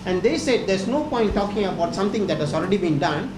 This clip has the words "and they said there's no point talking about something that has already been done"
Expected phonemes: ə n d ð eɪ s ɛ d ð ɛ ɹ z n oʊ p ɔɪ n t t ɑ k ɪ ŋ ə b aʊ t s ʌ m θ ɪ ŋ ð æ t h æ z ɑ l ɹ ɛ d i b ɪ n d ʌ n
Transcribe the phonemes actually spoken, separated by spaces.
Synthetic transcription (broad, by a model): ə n d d eɪ s ɛ d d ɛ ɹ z n oʊ p ɔɪ n t t ɑ k ɪ ŋ ə b aʊ t s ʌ m t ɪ ŋ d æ t h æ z ɑ l ɹ ɛ d i b ɪ n d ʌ n